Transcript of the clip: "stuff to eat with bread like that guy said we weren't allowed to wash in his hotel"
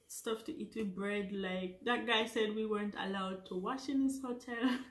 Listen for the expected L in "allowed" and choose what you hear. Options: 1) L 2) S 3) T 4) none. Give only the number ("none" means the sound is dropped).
1